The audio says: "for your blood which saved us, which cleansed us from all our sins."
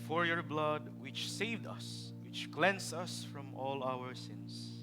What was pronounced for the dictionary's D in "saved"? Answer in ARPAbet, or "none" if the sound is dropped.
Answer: D